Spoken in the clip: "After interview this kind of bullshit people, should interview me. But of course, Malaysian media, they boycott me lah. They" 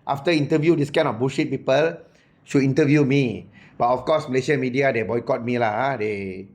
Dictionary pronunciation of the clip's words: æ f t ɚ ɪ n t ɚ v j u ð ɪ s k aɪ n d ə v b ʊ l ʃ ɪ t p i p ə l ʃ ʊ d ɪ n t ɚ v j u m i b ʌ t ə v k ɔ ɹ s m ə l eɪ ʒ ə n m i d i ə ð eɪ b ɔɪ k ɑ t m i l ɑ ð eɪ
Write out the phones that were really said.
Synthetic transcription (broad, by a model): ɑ f t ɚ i n t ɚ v j u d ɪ s k aɪ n ə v b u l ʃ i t p i p ə l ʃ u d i n t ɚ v j u m i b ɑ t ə f k ɔ s m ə l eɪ ʃ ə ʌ m i d i ə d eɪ b ɔɪ k ɑ t m i l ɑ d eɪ